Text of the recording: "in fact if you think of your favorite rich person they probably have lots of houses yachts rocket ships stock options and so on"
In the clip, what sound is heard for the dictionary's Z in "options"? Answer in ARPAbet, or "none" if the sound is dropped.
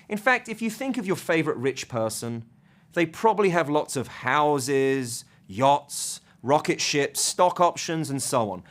Z